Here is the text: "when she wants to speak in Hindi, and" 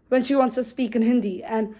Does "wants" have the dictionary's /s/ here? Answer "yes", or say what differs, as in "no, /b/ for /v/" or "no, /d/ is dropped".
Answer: yes